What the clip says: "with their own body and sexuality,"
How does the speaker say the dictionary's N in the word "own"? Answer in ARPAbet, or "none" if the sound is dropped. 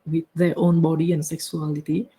N